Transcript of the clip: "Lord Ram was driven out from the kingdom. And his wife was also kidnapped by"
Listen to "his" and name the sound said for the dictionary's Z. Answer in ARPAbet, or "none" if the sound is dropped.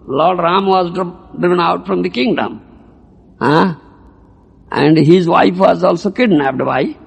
Z